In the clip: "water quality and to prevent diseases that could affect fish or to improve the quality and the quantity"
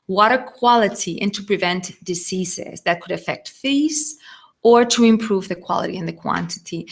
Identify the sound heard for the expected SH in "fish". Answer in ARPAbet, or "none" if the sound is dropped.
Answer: S